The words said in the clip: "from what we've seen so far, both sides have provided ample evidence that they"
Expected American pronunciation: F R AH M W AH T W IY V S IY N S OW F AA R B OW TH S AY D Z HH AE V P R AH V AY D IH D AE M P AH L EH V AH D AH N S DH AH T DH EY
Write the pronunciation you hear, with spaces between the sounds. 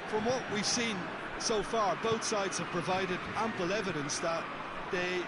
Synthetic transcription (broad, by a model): F R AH M W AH T W IY V S IY N S OW F AA R B OW TH S AY D Z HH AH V P R AH V AY D IH D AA M P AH L EH V AH D AH N S DH AH T DH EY